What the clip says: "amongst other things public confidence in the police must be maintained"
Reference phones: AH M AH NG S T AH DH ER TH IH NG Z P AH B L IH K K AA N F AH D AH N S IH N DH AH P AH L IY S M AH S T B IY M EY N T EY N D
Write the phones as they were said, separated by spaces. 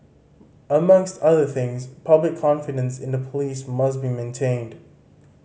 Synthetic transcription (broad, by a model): AH M AH NG S T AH DH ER TH IH NG Z P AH B L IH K K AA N F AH D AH N S IH N DH AH P AH L IY S M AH S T B IY M EY N T EY N D